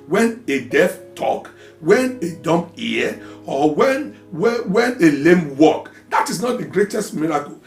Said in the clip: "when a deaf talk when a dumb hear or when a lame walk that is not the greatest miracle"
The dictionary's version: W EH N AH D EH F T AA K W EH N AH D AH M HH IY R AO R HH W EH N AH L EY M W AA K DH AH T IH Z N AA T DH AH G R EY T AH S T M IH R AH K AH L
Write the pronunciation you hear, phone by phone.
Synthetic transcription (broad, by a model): W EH N AH D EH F T AA K W EH N AH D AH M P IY W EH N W W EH N AH L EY M W AA K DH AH T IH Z N AA T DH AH G R EY T AH S T M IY R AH K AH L